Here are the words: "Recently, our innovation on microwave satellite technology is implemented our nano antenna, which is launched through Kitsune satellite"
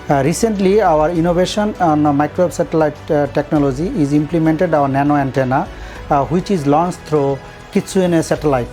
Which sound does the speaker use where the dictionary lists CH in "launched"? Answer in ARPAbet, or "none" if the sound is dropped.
S